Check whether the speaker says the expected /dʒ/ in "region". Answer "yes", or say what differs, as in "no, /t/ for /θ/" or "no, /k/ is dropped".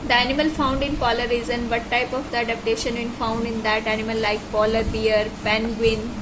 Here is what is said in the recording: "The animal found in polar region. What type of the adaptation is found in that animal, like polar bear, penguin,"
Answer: no, /z/ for /dʒ/